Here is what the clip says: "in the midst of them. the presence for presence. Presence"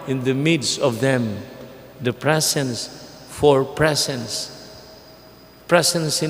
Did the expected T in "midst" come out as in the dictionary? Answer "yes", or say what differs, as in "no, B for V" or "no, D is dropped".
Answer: yes